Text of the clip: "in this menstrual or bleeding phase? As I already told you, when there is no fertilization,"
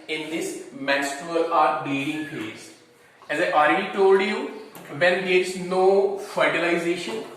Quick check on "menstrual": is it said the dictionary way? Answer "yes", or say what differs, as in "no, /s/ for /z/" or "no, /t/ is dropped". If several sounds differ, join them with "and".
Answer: no, /ɹ/ is dropped